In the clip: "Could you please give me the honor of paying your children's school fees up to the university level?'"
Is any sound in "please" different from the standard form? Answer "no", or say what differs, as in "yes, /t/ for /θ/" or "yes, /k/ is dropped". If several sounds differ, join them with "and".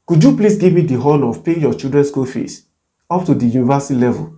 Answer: yes, /s/ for /z/